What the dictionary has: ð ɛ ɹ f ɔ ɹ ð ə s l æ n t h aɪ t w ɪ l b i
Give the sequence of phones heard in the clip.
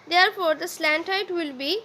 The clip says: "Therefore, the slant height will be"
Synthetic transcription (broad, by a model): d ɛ ɹ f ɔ ɹ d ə s l æ n t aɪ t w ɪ l b i